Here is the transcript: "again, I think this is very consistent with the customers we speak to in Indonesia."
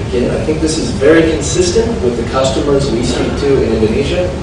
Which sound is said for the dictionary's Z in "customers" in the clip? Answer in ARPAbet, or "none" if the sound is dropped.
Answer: Z